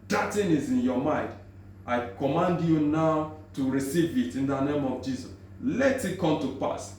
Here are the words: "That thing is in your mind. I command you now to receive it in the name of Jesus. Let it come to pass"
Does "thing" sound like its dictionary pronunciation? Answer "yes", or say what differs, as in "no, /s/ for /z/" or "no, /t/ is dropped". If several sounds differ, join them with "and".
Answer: no, /t/ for /θ/